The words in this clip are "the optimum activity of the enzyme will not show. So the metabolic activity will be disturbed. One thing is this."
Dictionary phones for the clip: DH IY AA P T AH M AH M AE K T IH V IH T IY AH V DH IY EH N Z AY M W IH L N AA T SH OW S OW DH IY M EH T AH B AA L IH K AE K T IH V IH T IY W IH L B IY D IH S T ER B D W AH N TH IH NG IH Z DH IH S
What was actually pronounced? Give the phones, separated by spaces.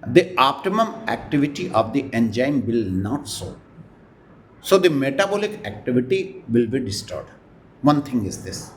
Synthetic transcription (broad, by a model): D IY AA P T AH M AH M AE K T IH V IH T IY AH V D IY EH N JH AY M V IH L N AA T S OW S OW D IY M EH T AH B AA L IH K AE K T IH V IH T IY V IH L B IY D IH S T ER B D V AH N T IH NG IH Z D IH S